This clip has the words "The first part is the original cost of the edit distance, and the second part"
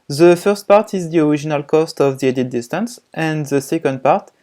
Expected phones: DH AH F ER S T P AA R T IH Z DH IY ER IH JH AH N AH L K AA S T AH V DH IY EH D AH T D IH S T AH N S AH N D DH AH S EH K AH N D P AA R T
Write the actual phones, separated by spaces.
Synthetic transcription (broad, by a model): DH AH F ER S T P AA R T IH Z DH IY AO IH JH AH N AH L K AA S T AH V DH IY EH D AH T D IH S T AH N S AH N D DH AH S EH K AH N D P AA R T